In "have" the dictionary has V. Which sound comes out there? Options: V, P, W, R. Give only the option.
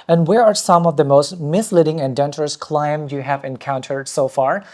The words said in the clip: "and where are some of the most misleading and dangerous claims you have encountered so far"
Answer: V